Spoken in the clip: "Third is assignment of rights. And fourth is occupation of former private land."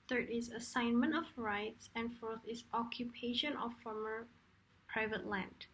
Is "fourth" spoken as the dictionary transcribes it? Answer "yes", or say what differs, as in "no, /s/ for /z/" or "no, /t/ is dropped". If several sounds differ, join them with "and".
yes